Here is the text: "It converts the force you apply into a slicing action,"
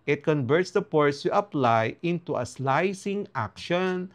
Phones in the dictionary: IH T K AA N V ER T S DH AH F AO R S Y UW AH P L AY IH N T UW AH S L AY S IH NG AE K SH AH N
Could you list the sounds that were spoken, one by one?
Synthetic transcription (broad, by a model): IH T K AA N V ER T S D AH P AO R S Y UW AH P L AY IH N T UW AH S L AY S IH NG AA K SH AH N